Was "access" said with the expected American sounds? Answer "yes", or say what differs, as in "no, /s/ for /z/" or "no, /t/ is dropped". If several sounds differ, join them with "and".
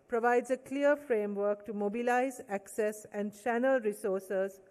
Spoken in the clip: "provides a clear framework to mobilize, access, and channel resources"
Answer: yes